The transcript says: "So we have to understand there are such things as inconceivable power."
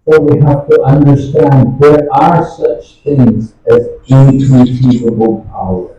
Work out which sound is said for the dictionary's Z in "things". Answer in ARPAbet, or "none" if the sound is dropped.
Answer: Z